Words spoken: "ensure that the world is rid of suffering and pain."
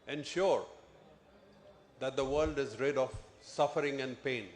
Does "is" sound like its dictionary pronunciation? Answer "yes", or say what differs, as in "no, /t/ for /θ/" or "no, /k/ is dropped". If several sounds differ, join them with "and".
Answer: yes